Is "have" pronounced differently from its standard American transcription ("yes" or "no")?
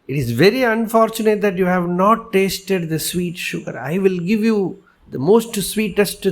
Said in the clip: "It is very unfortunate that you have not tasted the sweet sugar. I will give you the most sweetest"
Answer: no